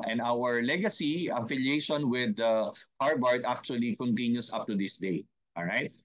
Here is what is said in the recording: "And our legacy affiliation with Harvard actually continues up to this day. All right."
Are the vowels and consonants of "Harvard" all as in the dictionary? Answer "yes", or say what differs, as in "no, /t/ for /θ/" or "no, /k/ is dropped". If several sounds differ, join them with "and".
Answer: no, /b/ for /v/